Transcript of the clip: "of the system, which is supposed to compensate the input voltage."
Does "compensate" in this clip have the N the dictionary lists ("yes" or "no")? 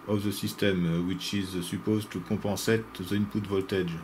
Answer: no